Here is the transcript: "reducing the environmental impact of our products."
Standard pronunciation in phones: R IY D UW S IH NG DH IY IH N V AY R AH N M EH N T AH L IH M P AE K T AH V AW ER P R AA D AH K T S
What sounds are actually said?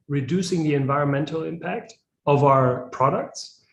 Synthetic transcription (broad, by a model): R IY D UW S IH NG DH IY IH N V AY R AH N M EH N T L IH M P AE K T AH V AW ER P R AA D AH K T S